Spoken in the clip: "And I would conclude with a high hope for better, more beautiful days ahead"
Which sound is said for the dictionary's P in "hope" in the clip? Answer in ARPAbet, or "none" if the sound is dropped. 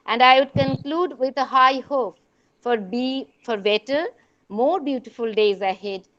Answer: B